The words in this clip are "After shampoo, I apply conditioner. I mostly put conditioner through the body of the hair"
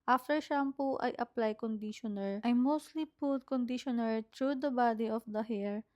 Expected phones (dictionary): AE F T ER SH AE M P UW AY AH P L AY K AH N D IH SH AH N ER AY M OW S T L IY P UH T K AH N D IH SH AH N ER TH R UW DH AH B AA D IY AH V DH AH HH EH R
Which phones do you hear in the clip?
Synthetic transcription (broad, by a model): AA F T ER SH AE M P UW AY AH P L AY K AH N D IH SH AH N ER AY M OW S T L IY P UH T K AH N D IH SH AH N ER T R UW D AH B AA D IY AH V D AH HH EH R